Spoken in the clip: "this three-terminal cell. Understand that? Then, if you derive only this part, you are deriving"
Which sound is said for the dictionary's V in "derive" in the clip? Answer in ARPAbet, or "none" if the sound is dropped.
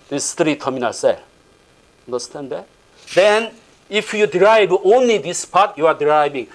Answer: B